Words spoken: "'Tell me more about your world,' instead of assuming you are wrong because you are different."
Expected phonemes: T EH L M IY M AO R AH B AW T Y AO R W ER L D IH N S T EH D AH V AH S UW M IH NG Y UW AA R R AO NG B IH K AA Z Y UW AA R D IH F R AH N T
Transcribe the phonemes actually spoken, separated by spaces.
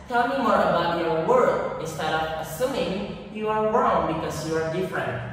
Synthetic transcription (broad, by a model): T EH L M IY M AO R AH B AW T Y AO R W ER D IH N S T EH D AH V AH S UW M IH NG Y UW AA R R AO NG B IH K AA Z Y UW AA R D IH F R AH N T